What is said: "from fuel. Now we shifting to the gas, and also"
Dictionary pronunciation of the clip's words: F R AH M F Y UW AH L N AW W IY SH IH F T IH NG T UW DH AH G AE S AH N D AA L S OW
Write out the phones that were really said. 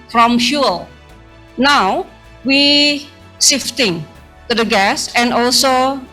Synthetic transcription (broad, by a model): F R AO M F Y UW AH L N AW W IY S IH F T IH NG T UW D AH G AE S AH N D AA L S OW